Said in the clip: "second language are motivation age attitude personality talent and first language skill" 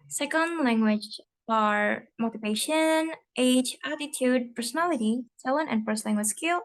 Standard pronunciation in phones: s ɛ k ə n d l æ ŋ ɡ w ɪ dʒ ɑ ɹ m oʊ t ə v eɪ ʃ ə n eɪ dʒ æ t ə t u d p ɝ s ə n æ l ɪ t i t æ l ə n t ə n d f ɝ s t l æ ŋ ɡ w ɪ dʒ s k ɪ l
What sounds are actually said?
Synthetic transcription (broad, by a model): s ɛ k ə n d l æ ŋ ɡ w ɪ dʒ ɑ ɹ m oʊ t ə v eɪ ʃ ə n eɪ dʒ æ t ə t u d p ɝ s ə n æ l ɪ t i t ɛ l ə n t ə n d f ɝ s t l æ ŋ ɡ w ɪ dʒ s k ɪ l